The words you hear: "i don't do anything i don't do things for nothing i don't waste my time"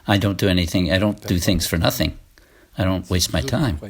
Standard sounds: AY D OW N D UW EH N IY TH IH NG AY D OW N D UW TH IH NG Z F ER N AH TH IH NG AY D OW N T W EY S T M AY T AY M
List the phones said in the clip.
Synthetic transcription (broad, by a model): AY D OW N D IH EH N IY TH IH NG AY D OW N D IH TH IH NG Z F ER N AH TH IH NG AY D OW N T W EY S T M AY T AY M